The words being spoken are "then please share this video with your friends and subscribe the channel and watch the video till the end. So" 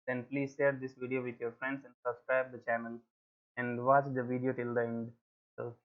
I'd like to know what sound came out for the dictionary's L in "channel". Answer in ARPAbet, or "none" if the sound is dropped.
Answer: L